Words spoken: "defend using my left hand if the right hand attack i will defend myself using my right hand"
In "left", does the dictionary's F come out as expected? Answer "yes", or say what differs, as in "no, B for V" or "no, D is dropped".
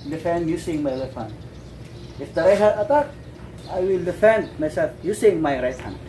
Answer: no, F is dropped